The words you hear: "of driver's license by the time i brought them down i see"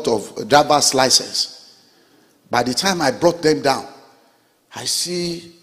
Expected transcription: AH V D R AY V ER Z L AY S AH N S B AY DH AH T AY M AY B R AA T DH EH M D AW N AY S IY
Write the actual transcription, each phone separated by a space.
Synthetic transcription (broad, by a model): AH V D R AY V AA S L AY S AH S B AY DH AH T AY M AY B R AA T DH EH M D AW N AY S IY